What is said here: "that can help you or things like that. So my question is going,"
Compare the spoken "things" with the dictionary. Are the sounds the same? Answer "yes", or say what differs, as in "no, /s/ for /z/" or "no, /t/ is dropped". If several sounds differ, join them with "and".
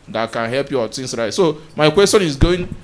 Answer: no, /t/ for /θ/